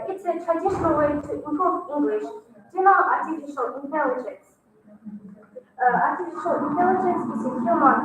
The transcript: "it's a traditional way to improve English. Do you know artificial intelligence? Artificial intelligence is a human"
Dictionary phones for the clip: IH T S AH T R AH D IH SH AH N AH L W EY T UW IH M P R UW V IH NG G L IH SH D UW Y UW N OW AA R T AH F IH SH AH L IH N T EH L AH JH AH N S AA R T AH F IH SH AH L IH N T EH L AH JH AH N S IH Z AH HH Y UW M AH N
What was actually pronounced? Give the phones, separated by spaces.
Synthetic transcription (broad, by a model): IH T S AH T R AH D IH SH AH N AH L W EY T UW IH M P AO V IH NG G L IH SH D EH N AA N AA R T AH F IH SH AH L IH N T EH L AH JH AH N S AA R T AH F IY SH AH L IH N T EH L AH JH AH N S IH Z AH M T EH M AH